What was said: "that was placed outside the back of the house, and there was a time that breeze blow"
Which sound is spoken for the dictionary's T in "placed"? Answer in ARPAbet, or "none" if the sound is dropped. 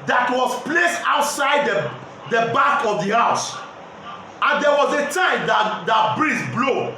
T